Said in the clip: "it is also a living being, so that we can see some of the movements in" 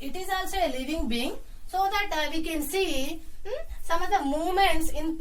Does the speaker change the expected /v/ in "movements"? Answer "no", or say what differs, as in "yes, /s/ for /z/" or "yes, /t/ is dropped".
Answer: yes, /v/ is dropped